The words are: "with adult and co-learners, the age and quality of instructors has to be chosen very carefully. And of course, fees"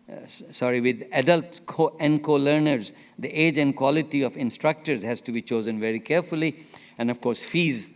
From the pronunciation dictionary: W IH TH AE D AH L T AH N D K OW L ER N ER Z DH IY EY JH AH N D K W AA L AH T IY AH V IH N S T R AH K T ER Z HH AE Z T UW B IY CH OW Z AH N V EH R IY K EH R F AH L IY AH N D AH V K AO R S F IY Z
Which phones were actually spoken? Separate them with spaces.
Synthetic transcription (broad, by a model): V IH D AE D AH L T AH N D K OW L ER N ER Z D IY EY JH AH N D K W AA L AH T IY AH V IH N S T R AH K T ER Z HH AE Z T UW B IY CH OW Z AH N V EH R IY K EH R F AH L IY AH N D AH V K AO R S F IY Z